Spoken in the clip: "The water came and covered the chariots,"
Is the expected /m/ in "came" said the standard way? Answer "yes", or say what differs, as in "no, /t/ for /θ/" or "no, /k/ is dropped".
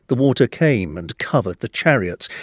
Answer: yes